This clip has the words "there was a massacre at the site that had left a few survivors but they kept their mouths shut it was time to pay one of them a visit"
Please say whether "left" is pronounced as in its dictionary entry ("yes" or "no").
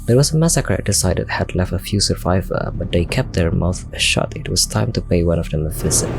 yes